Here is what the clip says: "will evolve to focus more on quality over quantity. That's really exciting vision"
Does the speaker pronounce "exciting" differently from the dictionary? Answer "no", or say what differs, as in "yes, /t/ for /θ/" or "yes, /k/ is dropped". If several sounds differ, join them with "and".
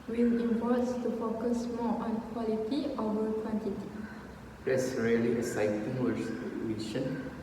yes, /k/ is dropped